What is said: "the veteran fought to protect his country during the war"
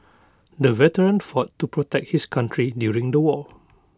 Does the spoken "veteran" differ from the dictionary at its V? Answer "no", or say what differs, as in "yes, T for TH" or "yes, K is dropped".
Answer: no